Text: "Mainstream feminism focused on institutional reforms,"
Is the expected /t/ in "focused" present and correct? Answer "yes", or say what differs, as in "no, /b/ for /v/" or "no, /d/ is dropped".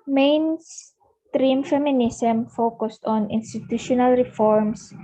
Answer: yes